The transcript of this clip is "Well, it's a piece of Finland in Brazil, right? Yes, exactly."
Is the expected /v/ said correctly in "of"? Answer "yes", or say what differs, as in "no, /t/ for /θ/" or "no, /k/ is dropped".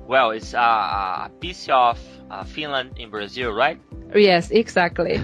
no, /f/ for /v/